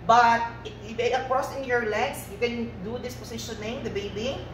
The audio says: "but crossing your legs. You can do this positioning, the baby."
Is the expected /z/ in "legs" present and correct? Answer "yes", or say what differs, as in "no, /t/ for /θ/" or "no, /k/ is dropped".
no, /s/ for /z/